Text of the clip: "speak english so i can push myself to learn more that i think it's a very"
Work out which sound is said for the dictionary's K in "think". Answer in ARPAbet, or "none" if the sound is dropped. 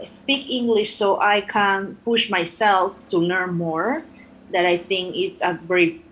K